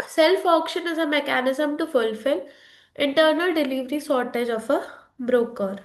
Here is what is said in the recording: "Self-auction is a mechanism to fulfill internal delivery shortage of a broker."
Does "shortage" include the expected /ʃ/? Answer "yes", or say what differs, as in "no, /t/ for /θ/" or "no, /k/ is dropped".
no, /s/ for /ʃ/